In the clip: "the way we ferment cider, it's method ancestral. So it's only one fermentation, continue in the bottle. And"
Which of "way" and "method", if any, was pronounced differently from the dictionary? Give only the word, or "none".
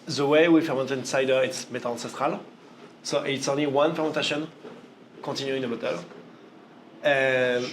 method